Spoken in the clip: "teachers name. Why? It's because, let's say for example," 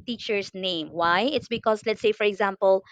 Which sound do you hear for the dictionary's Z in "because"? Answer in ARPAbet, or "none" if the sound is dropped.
S